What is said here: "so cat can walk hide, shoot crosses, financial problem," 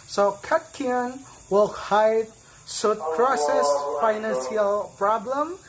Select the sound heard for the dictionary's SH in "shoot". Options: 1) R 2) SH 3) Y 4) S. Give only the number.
4